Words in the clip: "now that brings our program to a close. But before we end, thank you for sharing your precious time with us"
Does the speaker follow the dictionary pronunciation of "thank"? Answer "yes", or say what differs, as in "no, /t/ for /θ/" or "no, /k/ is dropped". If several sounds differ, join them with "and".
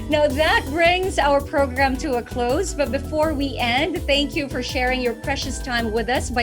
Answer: yes